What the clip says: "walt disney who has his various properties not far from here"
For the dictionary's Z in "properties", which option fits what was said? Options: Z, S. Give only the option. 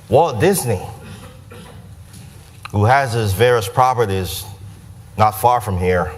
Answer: Z